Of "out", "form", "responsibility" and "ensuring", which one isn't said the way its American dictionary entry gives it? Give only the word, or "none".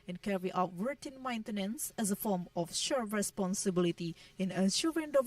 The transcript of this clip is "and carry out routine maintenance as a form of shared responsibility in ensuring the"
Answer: ensuring